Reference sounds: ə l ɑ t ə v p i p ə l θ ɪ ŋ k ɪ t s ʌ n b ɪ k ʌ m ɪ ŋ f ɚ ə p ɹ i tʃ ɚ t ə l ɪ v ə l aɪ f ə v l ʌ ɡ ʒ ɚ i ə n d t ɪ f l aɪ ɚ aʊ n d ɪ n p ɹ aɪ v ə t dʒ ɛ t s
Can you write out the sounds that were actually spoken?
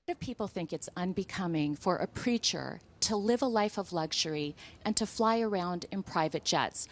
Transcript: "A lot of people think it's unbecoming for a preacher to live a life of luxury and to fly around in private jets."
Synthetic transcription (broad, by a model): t ə v p i p l θ ɪ ŋ k ɪ t s ʌ n b ɪ k ʌ m ɪ ŋ f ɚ ə p ɹ i tʃ ɚ t ə l ɪ v ə l aɪ f ə v l ʌ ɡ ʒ ɚ i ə n t ɪ f l aɪ ɚ aʊ n d ɪ n p ɹ aɪ v ə t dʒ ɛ t s